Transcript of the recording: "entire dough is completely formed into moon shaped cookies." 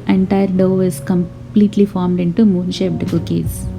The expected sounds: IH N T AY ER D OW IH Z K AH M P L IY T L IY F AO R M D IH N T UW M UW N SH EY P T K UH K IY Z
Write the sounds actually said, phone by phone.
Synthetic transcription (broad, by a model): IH N T AY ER D OW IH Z K AH M P L IY T L IY F AO R M D IH N T UW M UW N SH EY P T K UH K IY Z